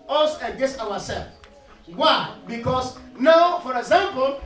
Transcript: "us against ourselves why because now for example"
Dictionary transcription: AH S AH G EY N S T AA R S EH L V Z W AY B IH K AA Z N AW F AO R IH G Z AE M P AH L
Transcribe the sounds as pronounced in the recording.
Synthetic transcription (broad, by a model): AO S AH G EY S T AA W S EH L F W AY B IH K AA S N AW F AO R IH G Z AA M P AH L